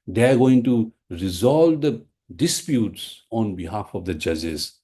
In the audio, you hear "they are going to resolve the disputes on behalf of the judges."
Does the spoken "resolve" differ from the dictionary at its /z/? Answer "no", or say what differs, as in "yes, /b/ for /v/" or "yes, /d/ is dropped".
no